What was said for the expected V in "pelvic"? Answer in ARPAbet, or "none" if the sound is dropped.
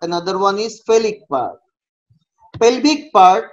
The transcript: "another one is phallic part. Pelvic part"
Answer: B